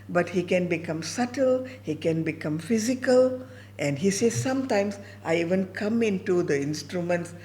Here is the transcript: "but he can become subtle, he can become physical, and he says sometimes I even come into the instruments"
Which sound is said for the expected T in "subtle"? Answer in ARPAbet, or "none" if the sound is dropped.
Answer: T